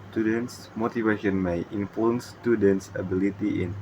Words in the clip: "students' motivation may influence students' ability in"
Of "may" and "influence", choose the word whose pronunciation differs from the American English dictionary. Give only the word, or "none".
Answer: influence